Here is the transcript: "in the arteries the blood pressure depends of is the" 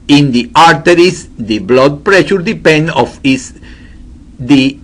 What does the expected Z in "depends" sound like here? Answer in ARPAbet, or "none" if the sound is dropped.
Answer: none